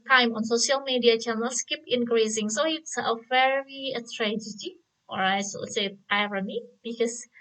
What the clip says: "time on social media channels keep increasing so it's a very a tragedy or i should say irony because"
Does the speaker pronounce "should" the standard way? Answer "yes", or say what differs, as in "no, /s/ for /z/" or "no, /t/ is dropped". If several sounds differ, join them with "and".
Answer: no, /s/ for /ʃ/